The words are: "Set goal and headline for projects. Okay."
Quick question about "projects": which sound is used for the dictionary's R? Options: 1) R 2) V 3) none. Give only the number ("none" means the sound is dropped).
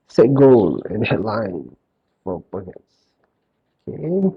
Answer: 3